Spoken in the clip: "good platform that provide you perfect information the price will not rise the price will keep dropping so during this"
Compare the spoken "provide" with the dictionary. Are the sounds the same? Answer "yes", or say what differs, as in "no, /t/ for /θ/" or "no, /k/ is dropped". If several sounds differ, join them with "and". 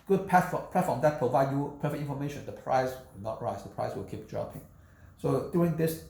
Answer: yes